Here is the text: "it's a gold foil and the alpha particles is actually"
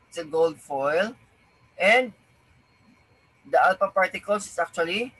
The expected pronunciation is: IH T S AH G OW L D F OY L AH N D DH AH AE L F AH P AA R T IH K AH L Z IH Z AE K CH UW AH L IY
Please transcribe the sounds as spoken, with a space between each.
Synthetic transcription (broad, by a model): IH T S AH G OW L D F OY L AH N D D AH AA L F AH P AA R T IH K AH L S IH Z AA K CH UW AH L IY